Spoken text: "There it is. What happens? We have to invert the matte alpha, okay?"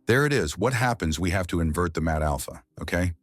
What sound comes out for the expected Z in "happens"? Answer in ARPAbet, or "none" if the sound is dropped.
Z